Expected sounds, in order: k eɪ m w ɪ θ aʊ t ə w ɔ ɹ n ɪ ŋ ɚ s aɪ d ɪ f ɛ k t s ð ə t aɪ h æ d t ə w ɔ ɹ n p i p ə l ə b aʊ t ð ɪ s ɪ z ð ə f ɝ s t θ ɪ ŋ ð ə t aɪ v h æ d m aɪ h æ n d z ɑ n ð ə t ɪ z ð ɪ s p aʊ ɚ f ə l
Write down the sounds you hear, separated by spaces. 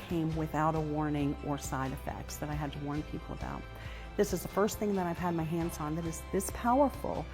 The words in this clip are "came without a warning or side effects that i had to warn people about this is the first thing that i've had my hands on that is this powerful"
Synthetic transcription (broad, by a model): k eɪ m w ɪ θ aʊ t ə w ɔ ɹ n ɪ ŋ ɚ s aɪ d ɪ f ɛ k t s ð ə t aɪ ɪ d t ə w ɔ ɹ n p i p l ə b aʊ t ð ɪ s ɪ z ð ə f ɝ s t θ ɪ ŋ ð ə t aɪ v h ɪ d m aɪ h æ n d z n ð ə t ɪ z ð ɪ s p aʊ ɚ f l